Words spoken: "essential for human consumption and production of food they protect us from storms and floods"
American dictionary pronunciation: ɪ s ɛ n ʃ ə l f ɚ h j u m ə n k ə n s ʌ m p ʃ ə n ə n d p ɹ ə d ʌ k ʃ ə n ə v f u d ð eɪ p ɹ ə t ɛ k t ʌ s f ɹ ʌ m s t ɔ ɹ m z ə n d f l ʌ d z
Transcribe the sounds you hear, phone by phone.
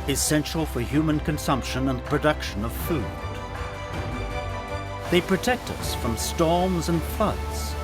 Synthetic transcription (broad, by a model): ɪ s ɛ n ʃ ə l f ɚ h j u m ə n k ə n s ʌ m p ʃ ə n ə n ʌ p ɹ ə d ʌ k ʃ ə n ə v f u d ð eɪ p ɹ ə t ɛ k t ʌ s f ɹ ʌ m s t ɔ ɹ m z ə n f ʌ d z